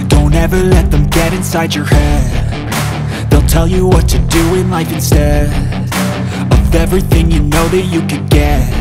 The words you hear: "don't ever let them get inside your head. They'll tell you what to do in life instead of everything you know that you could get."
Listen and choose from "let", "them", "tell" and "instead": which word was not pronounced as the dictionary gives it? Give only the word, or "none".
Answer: instead